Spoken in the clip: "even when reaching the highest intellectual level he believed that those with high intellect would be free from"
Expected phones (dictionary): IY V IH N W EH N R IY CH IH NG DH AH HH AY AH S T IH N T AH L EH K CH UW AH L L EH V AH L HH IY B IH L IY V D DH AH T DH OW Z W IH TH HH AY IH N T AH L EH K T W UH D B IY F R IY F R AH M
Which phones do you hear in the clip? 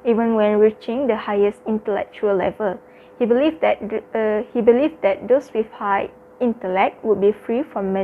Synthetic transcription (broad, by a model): IY V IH N W EH N R IY CH IH NG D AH HH AY AH S T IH N T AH L EH K CH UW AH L L EH V AH L HH IY B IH L IY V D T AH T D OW S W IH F HH AY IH N T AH L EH K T W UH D B IY F R IY F R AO M